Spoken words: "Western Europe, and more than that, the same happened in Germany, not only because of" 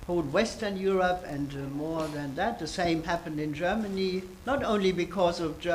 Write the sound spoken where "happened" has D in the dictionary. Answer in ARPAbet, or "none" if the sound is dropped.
D